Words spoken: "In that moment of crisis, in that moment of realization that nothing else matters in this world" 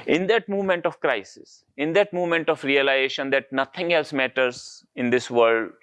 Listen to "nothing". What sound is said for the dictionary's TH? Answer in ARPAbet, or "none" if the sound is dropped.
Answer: T